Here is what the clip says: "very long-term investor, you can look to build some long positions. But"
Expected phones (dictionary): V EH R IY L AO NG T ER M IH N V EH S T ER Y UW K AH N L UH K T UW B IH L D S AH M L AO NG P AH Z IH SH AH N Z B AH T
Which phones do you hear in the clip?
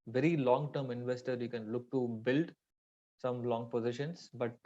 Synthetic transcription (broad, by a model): V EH R IY L AO NG T ER M IH N V EH S T ER Y UW K AH N L UH K T UW B IH L D S AH M L AO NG P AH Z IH SH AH N S B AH T